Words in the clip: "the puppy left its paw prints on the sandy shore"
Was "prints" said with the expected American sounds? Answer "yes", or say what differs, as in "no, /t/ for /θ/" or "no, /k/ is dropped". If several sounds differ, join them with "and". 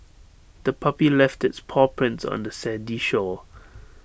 yes